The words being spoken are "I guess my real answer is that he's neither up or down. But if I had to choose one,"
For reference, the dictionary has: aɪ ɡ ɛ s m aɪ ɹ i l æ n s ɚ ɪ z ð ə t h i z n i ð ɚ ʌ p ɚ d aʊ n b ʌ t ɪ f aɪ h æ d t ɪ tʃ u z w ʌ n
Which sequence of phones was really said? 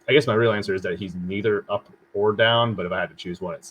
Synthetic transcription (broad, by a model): aɪ ɡ ɛ s m aɪ ɹ i l æ n s ɚ ɪ z ð ə t h i z n i ð ɚ ʌ p ɚ d aʊ n b ʌ t ɪ f aɪ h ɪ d t ɪ tʃ u z w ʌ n